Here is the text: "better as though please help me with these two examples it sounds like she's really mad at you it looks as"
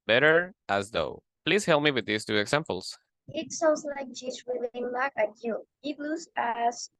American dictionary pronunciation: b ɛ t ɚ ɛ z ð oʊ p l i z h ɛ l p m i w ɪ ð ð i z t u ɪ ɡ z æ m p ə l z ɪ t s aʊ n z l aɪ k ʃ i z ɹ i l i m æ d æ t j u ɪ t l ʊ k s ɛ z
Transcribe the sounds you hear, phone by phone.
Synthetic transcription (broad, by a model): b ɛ t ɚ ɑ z ð oʊ p l i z h ɛ l p m i w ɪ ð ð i s t u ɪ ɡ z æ m p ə l s ɪ t s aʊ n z l aɪ k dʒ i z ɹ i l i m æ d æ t j u ɪ t l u s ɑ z